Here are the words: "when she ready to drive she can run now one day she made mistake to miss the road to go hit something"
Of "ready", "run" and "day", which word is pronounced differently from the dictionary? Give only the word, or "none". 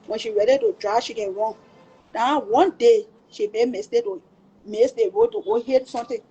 run